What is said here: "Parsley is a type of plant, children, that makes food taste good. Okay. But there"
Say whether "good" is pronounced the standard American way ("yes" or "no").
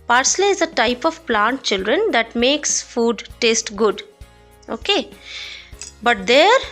yes